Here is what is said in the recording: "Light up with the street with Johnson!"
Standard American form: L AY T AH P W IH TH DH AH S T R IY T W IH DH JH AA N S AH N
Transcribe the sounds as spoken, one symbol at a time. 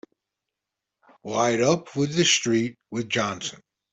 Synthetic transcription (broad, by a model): W AY T AH P W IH DH AH S T R IY T W IH DH JH AA N S AH N